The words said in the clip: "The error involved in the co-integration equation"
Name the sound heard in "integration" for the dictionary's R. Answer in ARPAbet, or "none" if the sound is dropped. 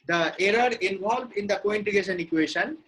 none